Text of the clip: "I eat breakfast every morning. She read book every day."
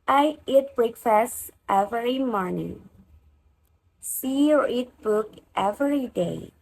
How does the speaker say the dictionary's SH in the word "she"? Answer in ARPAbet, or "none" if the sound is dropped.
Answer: S